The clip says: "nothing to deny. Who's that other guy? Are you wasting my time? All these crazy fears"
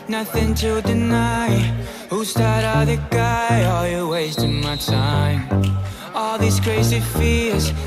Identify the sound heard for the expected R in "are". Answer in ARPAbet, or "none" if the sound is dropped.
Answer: L